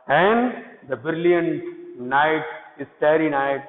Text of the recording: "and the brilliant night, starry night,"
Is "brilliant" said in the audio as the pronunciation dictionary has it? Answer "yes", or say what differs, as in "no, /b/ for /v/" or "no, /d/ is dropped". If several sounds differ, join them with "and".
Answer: no, /ɹ/ is dropped